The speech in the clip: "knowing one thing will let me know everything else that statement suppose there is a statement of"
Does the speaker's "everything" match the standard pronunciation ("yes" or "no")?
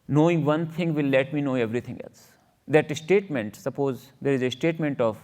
no